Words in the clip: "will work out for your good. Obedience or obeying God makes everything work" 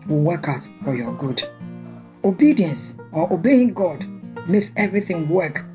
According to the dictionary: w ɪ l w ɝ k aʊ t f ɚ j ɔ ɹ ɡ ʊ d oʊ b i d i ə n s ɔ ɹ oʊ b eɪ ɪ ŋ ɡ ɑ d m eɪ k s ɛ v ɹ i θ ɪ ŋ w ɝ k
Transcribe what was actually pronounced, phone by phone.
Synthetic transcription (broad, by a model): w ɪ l w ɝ k aʊ t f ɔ j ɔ ɡ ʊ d oʊ b i d i ə n s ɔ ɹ oʊ b eɪ ɪ ŋ ɡ ɑ d m eɪ k s ɛ v ɹ i θ ɪ ŋ w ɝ k